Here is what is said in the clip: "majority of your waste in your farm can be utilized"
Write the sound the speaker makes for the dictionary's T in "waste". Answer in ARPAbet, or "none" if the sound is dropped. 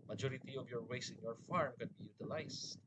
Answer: none